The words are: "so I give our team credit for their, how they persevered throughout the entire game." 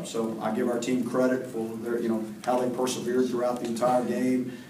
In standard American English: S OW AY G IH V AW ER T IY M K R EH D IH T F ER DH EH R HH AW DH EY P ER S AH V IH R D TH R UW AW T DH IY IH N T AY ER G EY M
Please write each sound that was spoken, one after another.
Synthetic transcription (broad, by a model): S OW AY G IH V AW ER T IY M K R EH D IH T F ER DH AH R HH AW DH EY P ER S AH V IH R D TH R UW AW T DH IY IH N T AY ER G EY M